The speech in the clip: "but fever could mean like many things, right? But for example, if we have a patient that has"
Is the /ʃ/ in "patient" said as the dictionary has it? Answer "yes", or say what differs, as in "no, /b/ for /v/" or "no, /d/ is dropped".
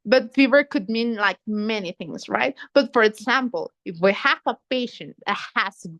yes